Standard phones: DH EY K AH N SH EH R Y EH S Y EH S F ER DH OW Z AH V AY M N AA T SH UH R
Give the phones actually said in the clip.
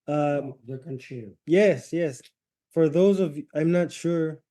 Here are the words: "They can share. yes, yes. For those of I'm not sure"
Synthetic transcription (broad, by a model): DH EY K AH N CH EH Y EH S Y EH S F ER DH OW Z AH V AY M N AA T SH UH R